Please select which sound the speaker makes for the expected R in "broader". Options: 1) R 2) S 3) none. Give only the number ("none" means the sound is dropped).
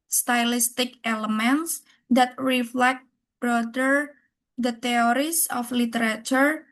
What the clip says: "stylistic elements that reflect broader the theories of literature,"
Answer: 1